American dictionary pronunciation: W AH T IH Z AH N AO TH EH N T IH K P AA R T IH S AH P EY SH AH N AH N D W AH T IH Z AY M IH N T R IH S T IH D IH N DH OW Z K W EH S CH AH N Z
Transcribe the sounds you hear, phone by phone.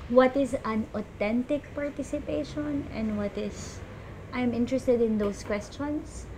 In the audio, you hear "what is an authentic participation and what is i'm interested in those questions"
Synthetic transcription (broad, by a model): W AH T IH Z AH N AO T EH N T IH K P AA R T IH S AH P EY SH AH N AH N D W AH T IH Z AY M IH N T R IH S T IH D IH N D OW S K W EH S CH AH N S